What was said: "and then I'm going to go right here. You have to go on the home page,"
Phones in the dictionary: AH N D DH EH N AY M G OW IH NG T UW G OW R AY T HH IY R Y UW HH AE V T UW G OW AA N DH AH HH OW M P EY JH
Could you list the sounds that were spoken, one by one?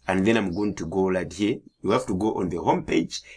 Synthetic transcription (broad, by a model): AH N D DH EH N AY M G OW IH NG T UW G OW L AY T HH IY R Y UW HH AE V T UW G OW AA N DH AH HH OW M P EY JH